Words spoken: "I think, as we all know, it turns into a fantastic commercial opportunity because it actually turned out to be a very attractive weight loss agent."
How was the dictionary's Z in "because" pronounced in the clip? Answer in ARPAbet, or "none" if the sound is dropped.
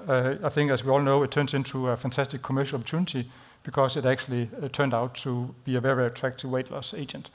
S